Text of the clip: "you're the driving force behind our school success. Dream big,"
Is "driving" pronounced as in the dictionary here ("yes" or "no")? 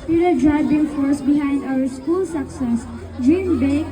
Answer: no